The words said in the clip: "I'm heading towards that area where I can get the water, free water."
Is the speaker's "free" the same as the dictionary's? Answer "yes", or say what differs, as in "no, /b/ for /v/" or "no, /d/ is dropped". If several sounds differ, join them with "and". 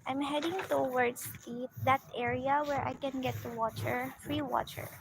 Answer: yes